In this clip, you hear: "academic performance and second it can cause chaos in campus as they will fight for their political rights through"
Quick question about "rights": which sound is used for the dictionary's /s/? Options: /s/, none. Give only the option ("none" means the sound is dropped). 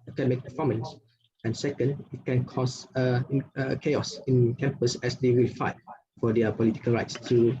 /s/